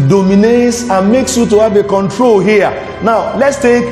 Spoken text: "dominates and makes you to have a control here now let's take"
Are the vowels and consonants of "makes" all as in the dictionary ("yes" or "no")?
yes